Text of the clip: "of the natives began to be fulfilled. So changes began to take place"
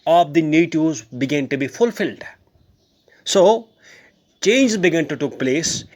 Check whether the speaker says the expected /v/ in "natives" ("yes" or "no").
no